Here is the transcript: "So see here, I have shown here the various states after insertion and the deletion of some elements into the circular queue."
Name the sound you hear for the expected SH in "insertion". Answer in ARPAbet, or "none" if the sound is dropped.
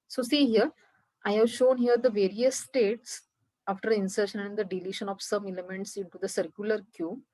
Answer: SH